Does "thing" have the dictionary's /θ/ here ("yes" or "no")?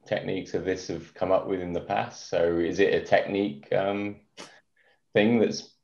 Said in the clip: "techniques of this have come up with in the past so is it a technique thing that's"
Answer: yes